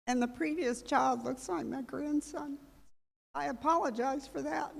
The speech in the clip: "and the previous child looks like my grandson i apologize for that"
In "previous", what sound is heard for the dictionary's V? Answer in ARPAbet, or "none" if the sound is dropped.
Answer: V